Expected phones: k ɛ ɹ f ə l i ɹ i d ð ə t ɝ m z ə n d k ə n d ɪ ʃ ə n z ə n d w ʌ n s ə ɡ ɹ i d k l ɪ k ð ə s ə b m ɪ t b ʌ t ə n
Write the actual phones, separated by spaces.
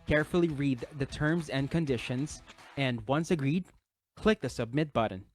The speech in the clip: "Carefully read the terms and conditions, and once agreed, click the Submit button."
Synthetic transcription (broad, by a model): k ɛ ɹ f l i ɹ i d ð ə t ɝ m z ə n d k ə n d ɪ ʃ ə n z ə n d w ʌ n s ə ɡ ɹ i d k l ɪ k ð ə s ə b m ɪ t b ʌ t n